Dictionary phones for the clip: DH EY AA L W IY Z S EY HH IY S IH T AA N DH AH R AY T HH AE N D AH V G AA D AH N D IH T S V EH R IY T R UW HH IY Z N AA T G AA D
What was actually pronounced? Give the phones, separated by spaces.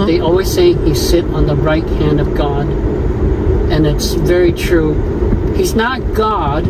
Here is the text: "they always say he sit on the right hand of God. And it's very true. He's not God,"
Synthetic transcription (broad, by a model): DH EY AA L W IY Z S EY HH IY S IH T N DH AH R AY T HH AE N D AH V G AA D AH N IH T S V EH R IY T R UW HH IY Z N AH T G AA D